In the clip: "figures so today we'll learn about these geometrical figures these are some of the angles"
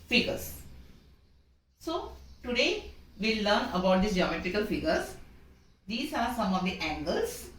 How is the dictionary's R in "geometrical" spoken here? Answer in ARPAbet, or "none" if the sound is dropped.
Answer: R